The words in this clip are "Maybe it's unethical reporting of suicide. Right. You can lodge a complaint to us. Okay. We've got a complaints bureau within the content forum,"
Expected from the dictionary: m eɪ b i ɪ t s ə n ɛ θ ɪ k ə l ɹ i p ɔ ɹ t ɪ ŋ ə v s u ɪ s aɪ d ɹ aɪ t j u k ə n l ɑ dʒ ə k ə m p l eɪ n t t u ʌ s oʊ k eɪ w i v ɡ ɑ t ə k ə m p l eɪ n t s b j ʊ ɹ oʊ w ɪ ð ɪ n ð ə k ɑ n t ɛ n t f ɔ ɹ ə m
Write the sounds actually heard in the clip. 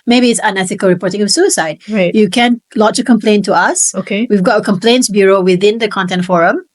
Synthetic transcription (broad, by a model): m eɪ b i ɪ t s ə n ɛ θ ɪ k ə l ɹ i p ɔ ɹ t ɪ ŋ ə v s u ɪ s aɪ d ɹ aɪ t j u k ə n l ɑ tʃ ə k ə m p l eɪ n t t u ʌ s oʊ k eɪ w i v ɡ ɑ t ə k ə m p l eɪ n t s b j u ɹ oʊ w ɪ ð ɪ n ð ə k ɑ n t ɛ n t f ɔ ɹ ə m